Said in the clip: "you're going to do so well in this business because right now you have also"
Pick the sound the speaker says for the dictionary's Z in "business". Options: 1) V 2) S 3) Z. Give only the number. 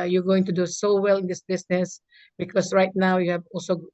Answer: 2